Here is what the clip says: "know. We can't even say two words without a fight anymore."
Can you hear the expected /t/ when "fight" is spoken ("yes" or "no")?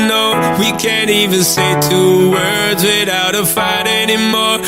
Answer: yes